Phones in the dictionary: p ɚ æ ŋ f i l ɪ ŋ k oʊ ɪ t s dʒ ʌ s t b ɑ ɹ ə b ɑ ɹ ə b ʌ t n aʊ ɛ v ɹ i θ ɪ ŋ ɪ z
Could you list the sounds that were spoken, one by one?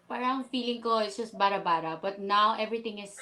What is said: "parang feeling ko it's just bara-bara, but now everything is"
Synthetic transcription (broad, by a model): p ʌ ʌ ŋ f i l ɪ ŋ k oʊ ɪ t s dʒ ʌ s t b ɑ ɹ ə b ɑ ɹ ə b ʌ t n aʊ ɛ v ɹ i t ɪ ŋ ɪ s